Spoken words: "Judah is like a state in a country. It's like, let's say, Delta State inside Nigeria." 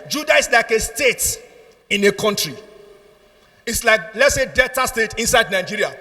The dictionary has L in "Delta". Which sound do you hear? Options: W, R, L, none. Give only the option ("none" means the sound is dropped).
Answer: none